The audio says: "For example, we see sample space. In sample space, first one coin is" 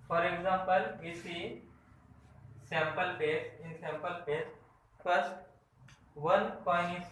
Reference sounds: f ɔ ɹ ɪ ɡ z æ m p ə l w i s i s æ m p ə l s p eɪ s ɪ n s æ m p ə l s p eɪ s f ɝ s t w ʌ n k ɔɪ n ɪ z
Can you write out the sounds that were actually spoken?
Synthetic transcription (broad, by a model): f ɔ ɹ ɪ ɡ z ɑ m p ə l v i s i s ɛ m p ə l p eɪ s ɪ n s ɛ m p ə l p eɪ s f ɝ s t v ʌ n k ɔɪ ɪ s